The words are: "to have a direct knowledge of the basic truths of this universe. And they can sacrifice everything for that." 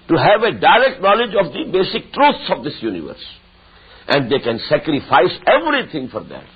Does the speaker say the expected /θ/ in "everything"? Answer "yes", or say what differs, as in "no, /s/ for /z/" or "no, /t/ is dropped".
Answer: no, /t/ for /θ/